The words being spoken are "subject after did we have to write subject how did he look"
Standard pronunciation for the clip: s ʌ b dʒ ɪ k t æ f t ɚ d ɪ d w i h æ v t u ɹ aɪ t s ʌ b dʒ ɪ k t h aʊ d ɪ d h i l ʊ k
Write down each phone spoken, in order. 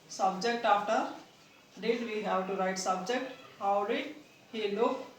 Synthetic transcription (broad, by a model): s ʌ b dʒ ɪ k t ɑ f t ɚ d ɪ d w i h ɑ w t u ɹ aɪ t s ʌ b dʒ ɪ k t h aʊ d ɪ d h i l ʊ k